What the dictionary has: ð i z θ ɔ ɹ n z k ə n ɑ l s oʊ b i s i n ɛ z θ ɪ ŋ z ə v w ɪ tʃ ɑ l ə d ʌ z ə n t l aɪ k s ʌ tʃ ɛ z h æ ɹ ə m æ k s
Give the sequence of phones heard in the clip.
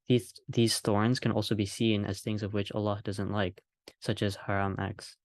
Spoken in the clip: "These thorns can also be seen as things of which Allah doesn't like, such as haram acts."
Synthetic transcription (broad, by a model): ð i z θ ɔ ɹ n z k ə n ɑ l s oʊ b i s i n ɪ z θ ɪ ŋ z ə v w ɪ tʃ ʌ l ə d ʌ z ə n t l aɪ k s ʌ tʃ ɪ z h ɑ ɹ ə m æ k s